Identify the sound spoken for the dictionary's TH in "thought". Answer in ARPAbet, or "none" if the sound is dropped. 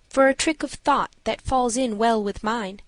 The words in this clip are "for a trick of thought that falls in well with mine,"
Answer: TH